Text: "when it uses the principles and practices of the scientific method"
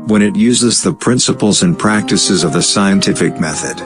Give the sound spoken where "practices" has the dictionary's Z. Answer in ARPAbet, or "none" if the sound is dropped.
Z